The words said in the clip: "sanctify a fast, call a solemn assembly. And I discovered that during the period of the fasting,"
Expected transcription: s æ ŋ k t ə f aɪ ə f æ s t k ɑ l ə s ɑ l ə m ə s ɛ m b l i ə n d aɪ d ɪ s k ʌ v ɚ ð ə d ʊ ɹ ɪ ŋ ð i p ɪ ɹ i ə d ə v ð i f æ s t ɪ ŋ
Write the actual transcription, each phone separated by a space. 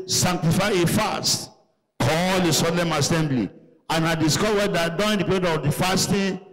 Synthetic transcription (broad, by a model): s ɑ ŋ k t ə f aɪ ə f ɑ s t k ɑ l ə s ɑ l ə m ə s ɛ m b l i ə n aɪ d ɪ s k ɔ w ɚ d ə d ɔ ɪ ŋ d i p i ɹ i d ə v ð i f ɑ s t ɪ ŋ